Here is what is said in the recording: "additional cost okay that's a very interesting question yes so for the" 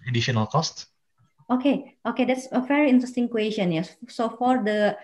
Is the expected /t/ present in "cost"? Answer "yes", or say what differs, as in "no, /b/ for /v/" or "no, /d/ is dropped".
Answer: yes